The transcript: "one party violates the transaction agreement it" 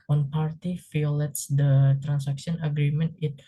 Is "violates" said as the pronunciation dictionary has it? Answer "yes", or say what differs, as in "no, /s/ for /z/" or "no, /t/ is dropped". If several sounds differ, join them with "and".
no, /f/ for /v/